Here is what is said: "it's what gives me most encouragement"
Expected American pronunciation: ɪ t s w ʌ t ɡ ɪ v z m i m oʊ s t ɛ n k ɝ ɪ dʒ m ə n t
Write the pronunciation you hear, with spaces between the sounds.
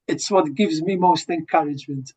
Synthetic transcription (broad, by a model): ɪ t s w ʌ t ɡ ɪ v z m i m oʊ s t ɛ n k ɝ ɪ dʒ m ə n t